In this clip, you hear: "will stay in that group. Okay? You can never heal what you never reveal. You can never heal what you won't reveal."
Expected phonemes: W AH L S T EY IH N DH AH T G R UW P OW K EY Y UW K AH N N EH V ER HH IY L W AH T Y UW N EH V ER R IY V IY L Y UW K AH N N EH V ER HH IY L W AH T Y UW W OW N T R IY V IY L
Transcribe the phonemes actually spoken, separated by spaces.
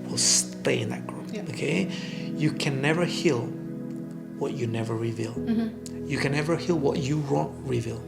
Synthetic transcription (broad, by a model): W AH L S T EY IH N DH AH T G R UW OW K EY Y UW K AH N N EH V ER HH IY L W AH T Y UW N EH V ER R IY V IY L Y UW K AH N N EH V ER HH IY L W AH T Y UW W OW N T R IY V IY L